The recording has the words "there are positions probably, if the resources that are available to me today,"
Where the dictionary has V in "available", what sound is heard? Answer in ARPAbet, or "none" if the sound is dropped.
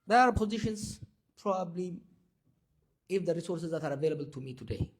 V